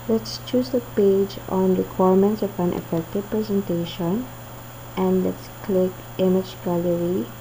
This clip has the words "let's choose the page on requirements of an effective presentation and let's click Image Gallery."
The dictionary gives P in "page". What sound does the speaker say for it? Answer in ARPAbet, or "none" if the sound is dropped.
P